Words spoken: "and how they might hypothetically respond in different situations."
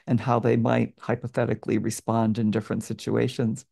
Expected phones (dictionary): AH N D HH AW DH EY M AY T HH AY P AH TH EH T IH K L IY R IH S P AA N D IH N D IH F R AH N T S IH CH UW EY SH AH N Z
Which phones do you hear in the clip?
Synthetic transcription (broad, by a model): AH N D HH AW DH EY M AY T HH AY P AH TH EH T IH K L IY R IH S P AA N D IH N D IH F R AH N T S IH CH UW EY SH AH N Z